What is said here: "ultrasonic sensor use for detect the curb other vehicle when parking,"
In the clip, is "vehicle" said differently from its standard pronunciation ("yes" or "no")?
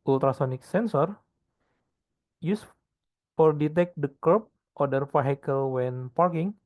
yes